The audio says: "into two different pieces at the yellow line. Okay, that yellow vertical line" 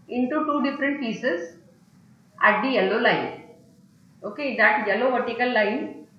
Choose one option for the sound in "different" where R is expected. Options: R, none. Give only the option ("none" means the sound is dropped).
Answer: R